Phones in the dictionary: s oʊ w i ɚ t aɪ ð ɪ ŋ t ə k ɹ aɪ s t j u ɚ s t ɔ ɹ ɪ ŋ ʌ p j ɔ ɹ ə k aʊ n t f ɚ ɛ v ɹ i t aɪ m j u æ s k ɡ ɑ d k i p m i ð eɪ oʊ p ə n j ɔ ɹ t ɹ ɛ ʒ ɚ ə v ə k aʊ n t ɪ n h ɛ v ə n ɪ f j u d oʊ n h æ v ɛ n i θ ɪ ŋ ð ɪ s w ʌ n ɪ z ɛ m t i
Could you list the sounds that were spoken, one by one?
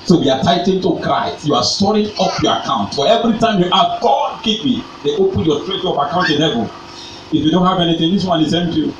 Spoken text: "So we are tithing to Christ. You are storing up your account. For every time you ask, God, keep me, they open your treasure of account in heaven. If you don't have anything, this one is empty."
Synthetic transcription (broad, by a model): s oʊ w i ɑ t aɪ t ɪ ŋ t ə k ɹ aɪ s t j u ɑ s t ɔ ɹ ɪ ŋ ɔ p j ɔ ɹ ə k aʊ n t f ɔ ɛ v ɹ i t aɪ m j u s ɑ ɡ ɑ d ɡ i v m i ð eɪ oʊ p ə n j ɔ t ɹ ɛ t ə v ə k aʊ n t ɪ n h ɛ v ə l ɪ f j u d oʊ n h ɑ v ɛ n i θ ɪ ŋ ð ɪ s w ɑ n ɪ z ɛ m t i